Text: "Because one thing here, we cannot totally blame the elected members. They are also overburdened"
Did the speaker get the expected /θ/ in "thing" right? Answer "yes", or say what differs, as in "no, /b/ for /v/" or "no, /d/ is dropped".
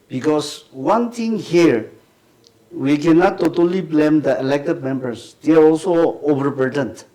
no, /t/ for /θ/